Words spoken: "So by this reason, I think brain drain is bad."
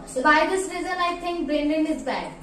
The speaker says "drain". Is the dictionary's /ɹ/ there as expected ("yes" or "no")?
no